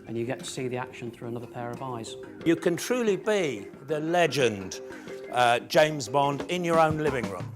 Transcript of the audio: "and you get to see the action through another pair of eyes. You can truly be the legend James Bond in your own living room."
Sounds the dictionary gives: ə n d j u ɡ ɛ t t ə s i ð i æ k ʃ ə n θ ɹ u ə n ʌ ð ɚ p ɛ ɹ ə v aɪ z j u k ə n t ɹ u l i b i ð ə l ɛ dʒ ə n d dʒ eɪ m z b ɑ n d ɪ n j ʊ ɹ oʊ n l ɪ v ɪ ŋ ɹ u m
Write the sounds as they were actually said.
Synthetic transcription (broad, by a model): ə n j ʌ ɡ ɛ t t ə s i ð i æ k ʃ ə n θ ɹ u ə n ʌ ð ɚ p ɛ ɹ ə v aɪ z j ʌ k ə n t ɹ u l i b i ð ə l ɛ dʒ ə n d dʒ eɪ m z b ɑ n d ɪ n j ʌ ɹ oʊ n l ɪ v ɪ ŋ ɹ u m